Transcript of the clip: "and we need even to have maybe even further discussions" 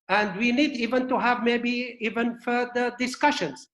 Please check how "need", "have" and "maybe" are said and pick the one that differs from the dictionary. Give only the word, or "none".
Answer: none